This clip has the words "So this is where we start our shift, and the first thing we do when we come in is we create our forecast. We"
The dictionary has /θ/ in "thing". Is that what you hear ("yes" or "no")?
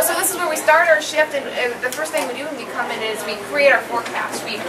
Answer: yes